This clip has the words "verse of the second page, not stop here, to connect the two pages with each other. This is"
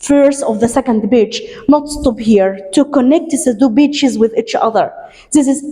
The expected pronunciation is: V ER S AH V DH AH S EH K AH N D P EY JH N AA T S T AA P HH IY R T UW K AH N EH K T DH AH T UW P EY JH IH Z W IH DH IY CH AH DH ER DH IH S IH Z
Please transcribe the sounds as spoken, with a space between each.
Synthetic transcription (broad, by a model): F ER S AH V DH AH S EH K AH N D B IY CH N AA T S T AA P HH IY R T UW K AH N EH K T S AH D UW B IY CH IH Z W IH DH IY CH AH DH ER DH IH S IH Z